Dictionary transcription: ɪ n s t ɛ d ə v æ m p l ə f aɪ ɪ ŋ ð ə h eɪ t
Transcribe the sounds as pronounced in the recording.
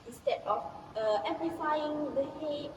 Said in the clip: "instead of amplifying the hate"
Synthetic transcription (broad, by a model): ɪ n s t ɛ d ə f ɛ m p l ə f aɪ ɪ ŋ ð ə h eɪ